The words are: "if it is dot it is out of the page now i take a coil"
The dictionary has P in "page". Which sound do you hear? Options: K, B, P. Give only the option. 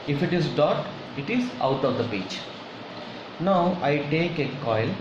B